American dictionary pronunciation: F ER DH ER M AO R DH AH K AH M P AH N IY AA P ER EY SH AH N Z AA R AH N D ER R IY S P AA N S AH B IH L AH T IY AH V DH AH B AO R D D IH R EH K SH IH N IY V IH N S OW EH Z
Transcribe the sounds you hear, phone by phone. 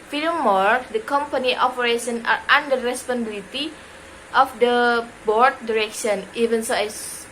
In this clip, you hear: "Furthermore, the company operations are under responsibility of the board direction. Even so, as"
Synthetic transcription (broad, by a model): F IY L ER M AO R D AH K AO M P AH N IY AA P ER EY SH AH N AA R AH N D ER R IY S P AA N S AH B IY L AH T IY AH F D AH B AO R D D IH R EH K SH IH N IY V IH N S OW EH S